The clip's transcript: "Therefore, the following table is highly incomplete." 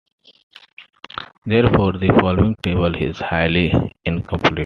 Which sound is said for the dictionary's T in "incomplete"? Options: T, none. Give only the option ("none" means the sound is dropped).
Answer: none